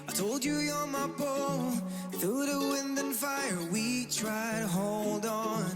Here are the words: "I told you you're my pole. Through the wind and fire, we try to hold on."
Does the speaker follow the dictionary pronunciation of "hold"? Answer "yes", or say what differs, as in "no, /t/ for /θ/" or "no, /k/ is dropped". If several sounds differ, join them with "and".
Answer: yes